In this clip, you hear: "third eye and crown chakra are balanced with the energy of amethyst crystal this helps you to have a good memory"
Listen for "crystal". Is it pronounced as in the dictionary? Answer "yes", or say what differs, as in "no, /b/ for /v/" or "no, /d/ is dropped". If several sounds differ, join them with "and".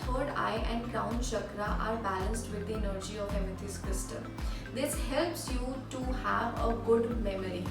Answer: no, /ɹ/ is dropped